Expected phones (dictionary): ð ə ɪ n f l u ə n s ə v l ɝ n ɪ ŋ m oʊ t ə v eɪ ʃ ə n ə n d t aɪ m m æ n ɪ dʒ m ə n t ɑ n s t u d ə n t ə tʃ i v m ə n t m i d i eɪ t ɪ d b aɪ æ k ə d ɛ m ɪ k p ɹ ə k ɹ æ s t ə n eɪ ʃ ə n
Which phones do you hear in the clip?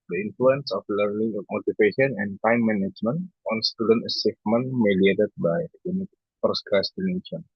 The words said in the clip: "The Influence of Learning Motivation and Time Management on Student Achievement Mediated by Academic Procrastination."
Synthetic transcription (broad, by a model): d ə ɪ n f l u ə n s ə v l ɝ n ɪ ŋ m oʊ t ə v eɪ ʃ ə n ə n d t aɪ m m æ n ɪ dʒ m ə n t ɑ n s t u d ə n t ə s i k m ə n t m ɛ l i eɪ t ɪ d b aɪ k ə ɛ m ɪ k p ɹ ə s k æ s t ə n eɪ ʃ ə n